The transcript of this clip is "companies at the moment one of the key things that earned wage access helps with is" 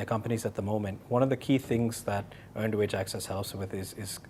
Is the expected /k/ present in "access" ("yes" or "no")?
yes